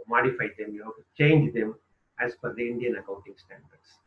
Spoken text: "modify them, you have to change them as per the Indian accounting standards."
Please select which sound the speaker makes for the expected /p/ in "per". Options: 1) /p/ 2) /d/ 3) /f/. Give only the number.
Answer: 3